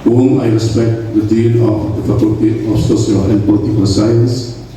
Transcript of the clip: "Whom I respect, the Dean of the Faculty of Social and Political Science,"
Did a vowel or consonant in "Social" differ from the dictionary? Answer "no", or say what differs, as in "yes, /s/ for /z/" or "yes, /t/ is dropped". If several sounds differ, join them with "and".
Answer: yes, /s/ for /ʃ/